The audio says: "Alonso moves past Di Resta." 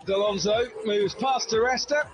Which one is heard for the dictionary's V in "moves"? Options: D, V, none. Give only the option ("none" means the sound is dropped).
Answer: V